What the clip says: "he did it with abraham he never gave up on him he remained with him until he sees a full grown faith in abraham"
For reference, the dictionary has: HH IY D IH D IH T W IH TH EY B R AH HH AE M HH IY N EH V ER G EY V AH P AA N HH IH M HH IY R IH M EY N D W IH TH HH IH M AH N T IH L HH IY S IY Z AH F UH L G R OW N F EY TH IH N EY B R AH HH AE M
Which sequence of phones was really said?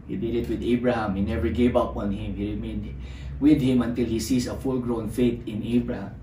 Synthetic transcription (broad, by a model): HH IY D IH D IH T W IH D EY B R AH HH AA M HH IY N EH V ER G EY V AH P AA N HH IH M HH IY R IH M EY N D W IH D HH IH M AH N T IH L HH IY S IY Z AH F UH L G R OW N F EY T IH N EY B R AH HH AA M